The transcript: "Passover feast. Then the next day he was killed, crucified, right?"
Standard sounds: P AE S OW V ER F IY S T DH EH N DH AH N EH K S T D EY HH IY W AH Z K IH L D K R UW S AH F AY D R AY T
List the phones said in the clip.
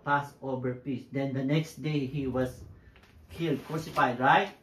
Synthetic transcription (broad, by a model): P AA S OW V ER P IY S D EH N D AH N EH K S T D EY HH IY W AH S K IH L D K R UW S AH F AY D R AY T